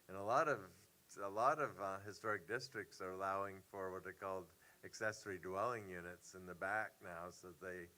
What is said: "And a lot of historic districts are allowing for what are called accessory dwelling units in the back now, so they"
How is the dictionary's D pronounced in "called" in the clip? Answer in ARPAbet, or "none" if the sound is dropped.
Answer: D